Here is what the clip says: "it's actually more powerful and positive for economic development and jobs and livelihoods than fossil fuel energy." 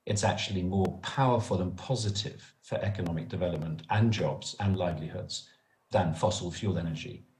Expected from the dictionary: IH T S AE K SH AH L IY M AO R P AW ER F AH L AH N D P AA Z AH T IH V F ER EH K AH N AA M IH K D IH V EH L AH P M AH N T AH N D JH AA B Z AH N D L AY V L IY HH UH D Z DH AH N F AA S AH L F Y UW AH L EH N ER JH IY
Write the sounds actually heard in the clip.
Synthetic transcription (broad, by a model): IH T S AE K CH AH L IY M AO P AW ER F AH L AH N P AA Z AH T IH V F ER EH K AH N AA M IH K D IH V EH L AH P M AH N T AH N JH AA B Z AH N L AY V L IY HH UH D Z DH AH N F AA S AH L F Y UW L EH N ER JH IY